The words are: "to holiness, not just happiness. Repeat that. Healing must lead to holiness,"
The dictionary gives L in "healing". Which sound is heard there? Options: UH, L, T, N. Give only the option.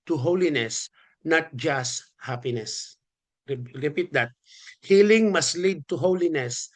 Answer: L